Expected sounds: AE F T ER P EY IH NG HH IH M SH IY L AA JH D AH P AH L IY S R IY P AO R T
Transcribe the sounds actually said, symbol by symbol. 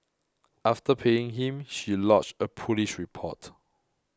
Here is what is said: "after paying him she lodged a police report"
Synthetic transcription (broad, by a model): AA F T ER P EY IH NG HH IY M SH IY L AA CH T AH P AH L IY SH R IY P AO T